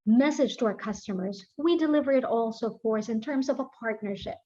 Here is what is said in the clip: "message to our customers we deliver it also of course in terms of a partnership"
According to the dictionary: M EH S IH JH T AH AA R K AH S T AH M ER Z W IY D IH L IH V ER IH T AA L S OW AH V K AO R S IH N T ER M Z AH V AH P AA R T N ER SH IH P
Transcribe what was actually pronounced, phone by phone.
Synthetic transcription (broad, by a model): M EH S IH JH T AH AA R K AH S T AH M ER Z W IY D IH L IH V ER IH T AA L S OW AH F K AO R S IH N T ER M Z AH V AH P AA R T N ER SH IH P